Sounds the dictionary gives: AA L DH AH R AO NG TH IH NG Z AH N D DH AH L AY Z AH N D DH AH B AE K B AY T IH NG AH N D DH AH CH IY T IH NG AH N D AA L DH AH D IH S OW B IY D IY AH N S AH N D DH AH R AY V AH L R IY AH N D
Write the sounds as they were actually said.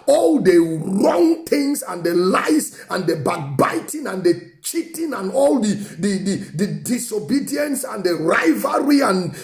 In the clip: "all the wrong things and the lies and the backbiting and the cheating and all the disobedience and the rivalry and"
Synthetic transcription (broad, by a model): AA L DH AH R AO NG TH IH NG S AH N D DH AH L AY S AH N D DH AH B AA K B AY T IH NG AH N D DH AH CH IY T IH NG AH N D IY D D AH D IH S OW B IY D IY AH N S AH N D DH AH R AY V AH R IY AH N